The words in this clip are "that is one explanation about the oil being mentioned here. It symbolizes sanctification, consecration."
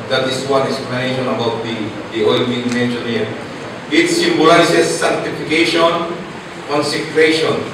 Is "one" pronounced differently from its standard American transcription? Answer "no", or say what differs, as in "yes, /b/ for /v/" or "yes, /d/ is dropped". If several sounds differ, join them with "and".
yes, /n/ is dropped